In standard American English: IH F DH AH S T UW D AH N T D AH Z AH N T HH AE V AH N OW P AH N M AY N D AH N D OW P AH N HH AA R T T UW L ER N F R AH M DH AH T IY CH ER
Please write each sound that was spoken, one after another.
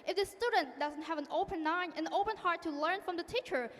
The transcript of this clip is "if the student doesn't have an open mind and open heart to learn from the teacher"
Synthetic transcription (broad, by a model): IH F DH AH S T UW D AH N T D AH Z AH N T HH AE V AH N OW P AH N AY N AH N OW P AH N HH AA R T T UW L ER N F R AH M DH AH T IY CH ER